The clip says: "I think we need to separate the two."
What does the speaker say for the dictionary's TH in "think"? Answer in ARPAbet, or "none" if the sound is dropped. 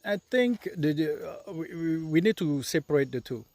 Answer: T